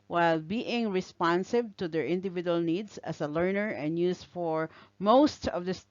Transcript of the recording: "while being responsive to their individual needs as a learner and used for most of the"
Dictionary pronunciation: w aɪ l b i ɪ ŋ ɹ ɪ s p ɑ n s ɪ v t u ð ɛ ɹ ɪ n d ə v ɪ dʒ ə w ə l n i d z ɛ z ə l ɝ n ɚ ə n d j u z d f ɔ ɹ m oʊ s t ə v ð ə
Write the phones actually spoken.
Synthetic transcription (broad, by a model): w aɪ l b i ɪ ŋ ɹ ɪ s p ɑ n s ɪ b t u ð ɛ ɹ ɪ n d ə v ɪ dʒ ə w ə l n i d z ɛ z ə l ɝ n ɚ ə n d j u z f ɔ ɹ m oʊ s t ə v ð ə